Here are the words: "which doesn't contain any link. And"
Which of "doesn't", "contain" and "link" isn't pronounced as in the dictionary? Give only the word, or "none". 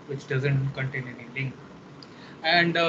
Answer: link